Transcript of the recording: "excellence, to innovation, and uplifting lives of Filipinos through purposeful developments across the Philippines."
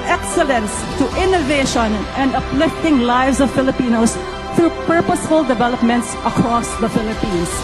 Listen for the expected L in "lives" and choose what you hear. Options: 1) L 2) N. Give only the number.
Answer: 1